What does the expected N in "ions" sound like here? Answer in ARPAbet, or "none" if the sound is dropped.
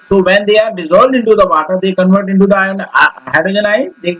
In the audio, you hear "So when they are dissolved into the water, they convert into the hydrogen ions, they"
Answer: none